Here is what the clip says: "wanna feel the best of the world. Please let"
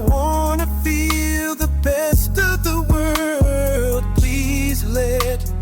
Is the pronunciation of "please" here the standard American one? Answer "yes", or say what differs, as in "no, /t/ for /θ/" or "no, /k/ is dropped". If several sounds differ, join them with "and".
yes